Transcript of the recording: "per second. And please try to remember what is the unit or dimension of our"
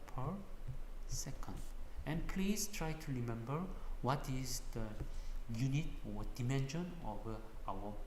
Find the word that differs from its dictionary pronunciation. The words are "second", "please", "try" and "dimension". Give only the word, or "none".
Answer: please